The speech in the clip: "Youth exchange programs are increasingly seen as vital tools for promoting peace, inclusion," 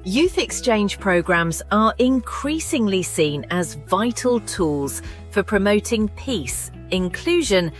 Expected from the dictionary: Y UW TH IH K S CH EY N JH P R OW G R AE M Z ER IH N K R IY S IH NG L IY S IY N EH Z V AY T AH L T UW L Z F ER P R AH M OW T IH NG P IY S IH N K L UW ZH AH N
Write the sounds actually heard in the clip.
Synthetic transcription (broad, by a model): Y UW TH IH K S CH EY N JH P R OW G R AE M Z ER IH N K R IY S IH NG L IY S IY N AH Z V AY T AH L T UW L Z F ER P R AH M OW T IH NG P IY S IH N K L UW ZH AH N